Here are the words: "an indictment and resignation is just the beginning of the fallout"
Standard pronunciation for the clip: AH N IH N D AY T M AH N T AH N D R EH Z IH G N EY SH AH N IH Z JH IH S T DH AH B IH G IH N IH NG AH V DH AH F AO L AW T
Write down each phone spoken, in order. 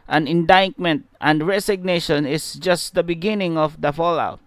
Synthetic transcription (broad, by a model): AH N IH N D AY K M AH N T AH N D R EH S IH G N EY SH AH N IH S JH IH S T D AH B IH G IH N IH NG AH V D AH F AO L AW T